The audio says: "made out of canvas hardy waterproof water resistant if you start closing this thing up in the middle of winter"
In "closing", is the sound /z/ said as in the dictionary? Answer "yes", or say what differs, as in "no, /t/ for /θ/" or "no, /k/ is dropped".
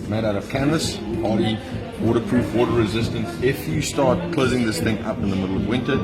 yes